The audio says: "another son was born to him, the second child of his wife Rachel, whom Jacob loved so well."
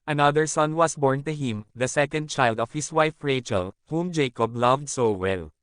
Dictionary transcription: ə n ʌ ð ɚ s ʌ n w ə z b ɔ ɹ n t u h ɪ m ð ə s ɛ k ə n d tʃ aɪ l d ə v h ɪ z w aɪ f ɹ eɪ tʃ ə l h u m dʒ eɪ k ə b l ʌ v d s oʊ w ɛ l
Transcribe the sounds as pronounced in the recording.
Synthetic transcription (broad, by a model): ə n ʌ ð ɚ s ʌ n w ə s b ɔ ɹ n t u h ɪ m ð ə s ɛ k ə n d tʃ aɪ l d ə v h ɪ s w aɪ f ɹ eɪ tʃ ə l h u m dʒ eɪ k ə b l ʌ v d s oʊ w ɛ l